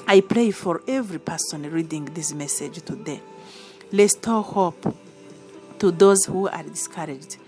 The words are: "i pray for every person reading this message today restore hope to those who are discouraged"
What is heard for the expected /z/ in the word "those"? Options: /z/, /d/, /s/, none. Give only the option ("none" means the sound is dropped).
/z/